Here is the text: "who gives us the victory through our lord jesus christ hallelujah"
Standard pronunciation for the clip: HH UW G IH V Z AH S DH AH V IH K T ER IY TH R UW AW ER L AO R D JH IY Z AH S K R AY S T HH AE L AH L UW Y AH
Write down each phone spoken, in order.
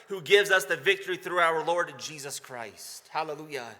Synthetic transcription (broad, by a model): HH UW G IH V Z AH S DH AH V IH K T ER IY TH R UW AW ER L AO R D JH IY Z AH S K R AY S T HH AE L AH L UW Y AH